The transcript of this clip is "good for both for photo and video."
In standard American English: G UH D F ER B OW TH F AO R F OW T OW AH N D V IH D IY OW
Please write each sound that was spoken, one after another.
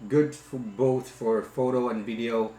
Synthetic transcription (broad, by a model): G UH D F B OW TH F AO R F OW T OW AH N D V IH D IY OW